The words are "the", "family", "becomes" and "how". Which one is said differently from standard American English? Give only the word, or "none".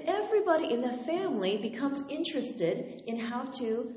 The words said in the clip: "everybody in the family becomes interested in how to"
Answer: none